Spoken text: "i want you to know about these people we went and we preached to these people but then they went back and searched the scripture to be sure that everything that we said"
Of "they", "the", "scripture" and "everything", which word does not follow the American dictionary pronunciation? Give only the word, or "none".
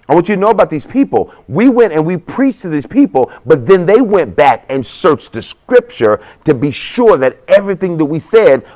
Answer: none